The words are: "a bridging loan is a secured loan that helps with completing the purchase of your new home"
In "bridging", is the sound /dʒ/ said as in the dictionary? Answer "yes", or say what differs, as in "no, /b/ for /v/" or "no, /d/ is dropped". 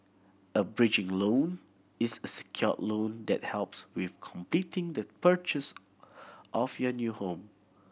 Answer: yes